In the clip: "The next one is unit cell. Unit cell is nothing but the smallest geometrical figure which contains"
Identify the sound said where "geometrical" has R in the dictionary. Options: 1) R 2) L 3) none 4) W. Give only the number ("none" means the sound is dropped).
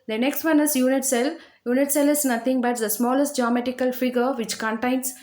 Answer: 3